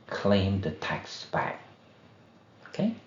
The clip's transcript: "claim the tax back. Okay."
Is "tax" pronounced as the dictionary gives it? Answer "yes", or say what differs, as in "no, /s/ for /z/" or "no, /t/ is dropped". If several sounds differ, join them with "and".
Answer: yes